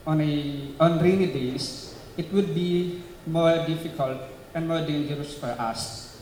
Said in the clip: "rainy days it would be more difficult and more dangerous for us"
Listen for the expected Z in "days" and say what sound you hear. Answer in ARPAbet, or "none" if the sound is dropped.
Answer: S